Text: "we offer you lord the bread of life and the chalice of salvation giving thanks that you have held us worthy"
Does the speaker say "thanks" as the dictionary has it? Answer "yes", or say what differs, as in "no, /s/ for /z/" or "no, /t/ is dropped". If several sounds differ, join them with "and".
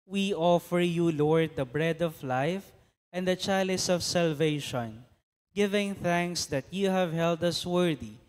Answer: yes